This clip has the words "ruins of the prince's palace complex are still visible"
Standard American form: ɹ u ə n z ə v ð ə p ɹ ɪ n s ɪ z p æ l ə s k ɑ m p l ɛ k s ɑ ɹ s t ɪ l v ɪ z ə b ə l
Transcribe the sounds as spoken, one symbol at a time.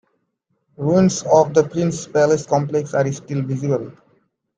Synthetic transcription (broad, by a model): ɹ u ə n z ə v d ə p ɹ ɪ n s p æ l ə s k ɑ m p l ɛ k s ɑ ɹ s t ɪ l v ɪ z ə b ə l